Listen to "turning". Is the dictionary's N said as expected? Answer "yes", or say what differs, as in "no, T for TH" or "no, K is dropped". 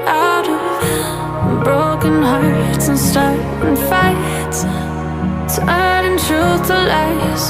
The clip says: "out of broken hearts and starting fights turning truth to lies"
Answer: no, N is dropped